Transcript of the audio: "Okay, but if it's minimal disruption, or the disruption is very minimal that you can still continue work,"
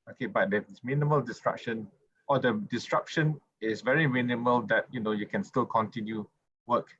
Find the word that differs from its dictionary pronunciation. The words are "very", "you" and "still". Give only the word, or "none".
none